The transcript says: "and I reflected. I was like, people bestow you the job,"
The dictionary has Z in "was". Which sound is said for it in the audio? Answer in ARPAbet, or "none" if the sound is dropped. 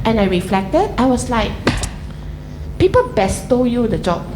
S